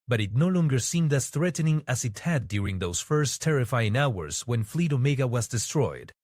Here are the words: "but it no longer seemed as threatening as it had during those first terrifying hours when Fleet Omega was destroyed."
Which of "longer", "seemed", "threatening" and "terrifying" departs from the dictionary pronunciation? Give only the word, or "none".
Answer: none